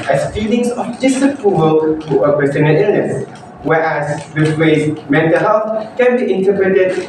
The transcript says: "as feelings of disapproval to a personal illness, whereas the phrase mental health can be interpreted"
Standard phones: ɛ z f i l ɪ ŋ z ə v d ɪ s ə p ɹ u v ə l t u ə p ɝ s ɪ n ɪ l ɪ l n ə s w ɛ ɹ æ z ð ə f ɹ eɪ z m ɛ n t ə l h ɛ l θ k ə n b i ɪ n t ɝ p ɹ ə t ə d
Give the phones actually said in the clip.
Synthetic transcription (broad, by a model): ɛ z f i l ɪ ŋ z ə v d ɪ s ə p ɹ u v ə l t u ə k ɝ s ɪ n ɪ n ɪ l n ə s w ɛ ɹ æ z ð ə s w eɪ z m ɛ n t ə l h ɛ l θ k ə n b i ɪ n t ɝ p ɹ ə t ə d